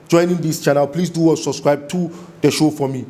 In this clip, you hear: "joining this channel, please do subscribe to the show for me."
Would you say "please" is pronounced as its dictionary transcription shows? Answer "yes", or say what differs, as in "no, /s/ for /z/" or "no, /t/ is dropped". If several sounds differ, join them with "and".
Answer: no, /s/ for /z/